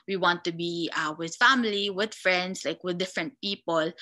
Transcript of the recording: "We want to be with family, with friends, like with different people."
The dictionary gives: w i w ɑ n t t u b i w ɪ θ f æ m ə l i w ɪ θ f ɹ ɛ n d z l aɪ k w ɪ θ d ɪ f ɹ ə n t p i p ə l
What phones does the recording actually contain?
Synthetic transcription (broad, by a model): w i w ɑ n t t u b i w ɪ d f æ m ə l i w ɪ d f ɹ ɛ n d s l aɪ k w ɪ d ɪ f ɹ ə n t p i p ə l